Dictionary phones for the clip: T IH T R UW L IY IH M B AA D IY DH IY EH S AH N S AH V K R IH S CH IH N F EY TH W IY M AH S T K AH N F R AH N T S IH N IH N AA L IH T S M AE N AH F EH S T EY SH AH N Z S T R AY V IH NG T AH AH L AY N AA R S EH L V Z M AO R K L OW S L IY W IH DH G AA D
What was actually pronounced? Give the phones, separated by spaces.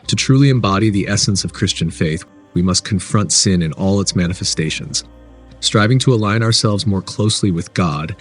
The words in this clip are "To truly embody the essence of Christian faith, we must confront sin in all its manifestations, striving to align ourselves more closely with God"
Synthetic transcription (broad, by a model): T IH T R UW L IY IH M B AA D IY DH IY EH S AH N S AH V K R IH S CH IH N F EY TH W IY M AH S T K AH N F R AH N T S IH N IH N AA L IH T S M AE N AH F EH S T EY SH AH N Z S T R AY V IH NG T AH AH L AY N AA R S EH L V Z M AO R K L OW S L IY W IH DH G AA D